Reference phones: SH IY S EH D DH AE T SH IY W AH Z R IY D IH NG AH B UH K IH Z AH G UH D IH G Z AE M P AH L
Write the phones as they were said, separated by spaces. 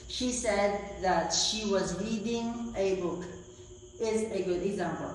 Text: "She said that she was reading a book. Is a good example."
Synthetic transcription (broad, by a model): SH IY S EH D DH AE T SH IY W AH Z R IY D IH NG AH B UH K IH Z AH G UH D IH G Z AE M P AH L